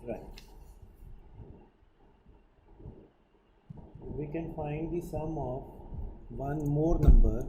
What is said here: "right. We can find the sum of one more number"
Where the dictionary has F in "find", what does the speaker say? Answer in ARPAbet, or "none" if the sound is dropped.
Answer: F